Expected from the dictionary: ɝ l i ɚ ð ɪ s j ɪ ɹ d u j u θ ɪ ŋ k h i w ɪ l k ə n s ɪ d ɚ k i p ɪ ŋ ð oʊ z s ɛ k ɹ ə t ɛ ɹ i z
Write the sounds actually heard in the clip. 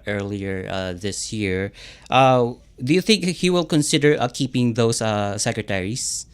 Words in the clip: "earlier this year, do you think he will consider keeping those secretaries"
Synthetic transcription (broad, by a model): ɝ l i ɚ ð ɪ s j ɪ ɹ d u j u θ ɪ ŋ k h i w ɪ l k ə n s ɪ d ɚ k i p ɪ ŋ ð oʊ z s ɛ k ɹ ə t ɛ ɹ i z